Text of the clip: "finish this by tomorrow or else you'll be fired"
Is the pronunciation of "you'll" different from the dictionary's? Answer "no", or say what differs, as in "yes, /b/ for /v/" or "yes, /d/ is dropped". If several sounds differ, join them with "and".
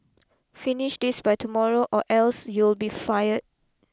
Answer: no